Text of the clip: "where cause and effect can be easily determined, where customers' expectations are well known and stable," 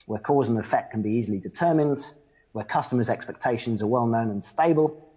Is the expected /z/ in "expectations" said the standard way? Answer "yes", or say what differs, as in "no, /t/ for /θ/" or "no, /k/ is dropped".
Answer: yes